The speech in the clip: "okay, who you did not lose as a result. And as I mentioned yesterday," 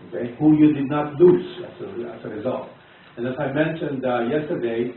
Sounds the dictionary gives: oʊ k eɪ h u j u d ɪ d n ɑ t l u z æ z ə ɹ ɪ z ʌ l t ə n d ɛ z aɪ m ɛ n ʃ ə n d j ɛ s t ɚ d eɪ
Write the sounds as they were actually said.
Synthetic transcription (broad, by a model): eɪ h u j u d ɪ d n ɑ t l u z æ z ə ɹ ɪ z ʌ l t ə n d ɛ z aɪ m ɛ n ʃ ə n d j ɛ s t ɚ d eɪ